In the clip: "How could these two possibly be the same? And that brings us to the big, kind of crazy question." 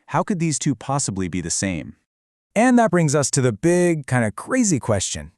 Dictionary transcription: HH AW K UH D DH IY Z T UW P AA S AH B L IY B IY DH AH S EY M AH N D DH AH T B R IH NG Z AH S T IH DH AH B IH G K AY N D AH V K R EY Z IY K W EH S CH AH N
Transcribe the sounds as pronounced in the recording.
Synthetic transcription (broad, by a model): HH AW K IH D DH IY Z T UW P AA S AH B L IY B IY DH AH S EY M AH N DH AH T B R IH NG Z AH S T IH DH AH B IH G K AY N D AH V K R EY Z IY K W EH S CH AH N